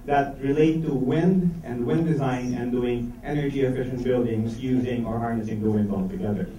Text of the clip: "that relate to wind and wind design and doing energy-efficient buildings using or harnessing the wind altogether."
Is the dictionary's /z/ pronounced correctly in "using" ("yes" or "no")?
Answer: yes